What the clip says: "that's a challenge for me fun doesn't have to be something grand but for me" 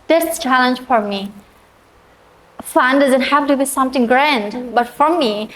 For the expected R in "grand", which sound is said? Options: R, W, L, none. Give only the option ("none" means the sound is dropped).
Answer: R